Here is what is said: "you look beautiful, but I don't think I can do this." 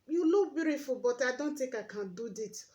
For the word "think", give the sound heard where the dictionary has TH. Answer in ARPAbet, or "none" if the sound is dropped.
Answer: T